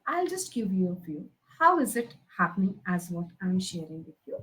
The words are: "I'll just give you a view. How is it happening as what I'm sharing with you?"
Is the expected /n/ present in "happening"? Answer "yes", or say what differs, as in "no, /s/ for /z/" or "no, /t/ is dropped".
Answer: yes